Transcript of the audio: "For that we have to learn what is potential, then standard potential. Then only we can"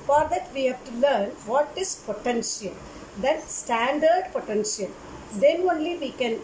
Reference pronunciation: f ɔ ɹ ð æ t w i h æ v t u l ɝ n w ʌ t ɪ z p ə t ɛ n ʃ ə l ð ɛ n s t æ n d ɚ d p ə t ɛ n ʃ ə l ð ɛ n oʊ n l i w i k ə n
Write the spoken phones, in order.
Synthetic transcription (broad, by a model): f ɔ ɹ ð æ t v i h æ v t u l ɝ n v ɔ t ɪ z p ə t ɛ n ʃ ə l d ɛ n s t æ n d ɚ d p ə t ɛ n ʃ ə l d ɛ n oʊ n l i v i k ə n